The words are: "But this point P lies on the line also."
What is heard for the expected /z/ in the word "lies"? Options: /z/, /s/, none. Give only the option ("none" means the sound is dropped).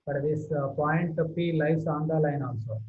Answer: /s/